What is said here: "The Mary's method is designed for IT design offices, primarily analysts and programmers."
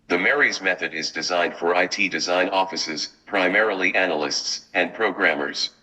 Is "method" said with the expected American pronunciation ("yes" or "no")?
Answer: yes